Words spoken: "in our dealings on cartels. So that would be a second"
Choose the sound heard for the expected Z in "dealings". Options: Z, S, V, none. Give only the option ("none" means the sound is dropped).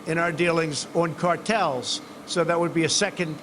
Z